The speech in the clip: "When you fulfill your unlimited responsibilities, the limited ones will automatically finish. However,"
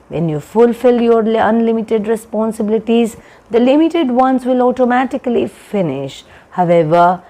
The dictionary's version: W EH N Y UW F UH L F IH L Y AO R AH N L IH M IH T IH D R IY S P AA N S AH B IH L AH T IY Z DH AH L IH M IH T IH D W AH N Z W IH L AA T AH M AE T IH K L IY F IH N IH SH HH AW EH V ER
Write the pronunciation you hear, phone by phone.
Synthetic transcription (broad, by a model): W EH N Y UW F UH L F IH L Y AO R AH N L IH M IH T IH D R IY S P AA N S AH B IH L AH T IY Z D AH L IH M IH T IH D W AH N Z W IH L AA T AH M AE T IH K L IY F IH N IH SH HH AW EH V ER